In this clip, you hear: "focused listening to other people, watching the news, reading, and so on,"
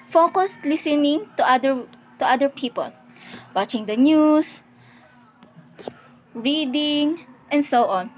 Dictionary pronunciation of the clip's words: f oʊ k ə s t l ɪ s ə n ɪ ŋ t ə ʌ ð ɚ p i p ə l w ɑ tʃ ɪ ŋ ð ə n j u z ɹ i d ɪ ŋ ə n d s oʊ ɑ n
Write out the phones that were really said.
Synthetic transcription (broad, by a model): f oʊ k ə s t l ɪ s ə n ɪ ŋ t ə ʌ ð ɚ p i p ə l w ɑ tʃ ɪ ŋ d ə n j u s ɹ i d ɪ ŋ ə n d s oʊ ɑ n